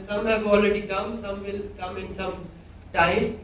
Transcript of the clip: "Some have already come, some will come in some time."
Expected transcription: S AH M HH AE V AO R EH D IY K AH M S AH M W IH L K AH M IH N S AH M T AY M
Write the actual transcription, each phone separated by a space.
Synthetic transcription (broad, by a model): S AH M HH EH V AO L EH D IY K AH M S AH M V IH L K AH M IH N S AH M T AY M